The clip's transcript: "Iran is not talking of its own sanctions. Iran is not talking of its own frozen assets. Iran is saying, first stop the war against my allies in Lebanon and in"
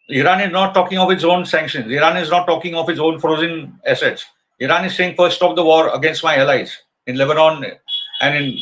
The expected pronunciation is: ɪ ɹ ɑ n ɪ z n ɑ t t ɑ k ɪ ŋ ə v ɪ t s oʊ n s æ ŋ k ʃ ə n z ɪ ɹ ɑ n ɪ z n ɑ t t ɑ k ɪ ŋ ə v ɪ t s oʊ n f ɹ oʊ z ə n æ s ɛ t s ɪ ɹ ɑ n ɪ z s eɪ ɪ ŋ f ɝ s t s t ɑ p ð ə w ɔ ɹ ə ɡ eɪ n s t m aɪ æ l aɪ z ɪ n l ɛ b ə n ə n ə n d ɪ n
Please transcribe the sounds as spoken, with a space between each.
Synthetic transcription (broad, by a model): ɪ ɹ ɑ n ɪ z n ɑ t t ɑ k ɪ ŋ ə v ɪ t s oʊ n s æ ŋ k ʃ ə n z ɪ ɹ ɑ n ɪ z n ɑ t t ɑ k ɪ ŋ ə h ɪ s oʊ n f ɹ oʊ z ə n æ s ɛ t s ɪ ɹ ɑ n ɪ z s eɪ ɪ ŋ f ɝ t s t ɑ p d ə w ɔ ɹ ə ɡ eɪ n s t m aɪ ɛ l aɪ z ɪ n l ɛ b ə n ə n ə n d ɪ n